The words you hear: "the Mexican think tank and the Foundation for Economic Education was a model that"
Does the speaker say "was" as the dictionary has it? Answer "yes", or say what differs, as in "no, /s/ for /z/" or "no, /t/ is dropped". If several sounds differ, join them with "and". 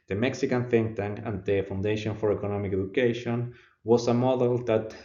no, /s/ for /z/